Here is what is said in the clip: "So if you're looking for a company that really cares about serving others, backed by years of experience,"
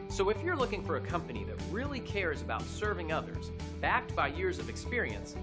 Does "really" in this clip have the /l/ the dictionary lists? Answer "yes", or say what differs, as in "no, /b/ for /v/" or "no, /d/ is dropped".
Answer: yes